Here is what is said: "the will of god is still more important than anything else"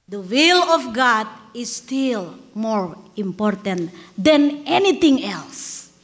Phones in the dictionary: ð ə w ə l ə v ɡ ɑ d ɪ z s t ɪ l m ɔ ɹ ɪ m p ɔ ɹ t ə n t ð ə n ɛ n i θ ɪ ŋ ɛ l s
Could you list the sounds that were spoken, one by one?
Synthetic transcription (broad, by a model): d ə w ə l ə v ɡ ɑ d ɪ s t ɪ l m ɔ ɹ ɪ m p ɔ ɹ t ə n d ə n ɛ n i t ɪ ŋ ɛ l s